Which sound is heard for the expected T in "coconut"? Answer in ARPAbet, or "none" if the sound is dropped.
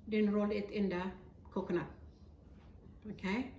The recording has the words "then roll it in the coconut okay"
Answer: none